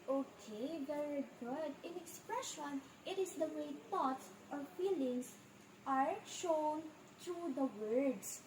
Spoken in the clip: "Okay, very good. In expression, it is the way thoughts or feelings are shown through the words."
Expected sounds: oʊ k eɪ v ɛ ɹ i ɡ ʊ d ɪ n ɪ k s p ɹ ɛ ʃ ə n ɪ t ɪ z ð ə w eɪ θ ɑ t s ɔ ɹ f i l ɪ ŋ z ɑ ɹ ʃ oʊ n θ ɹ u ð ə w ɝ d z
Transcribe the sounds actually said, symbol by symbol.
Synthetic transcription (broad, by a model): oʊ k eɪ v ɛ ɹ i ɡ ʊ d ɪ n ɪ k s p ɹ ɛ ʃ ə n ɪ t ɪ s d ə w eɪ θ ɑ t s ɔ ɹ f i l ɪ ŋ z ɑ ɹ ʃ oʊ n t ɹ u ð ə w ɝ d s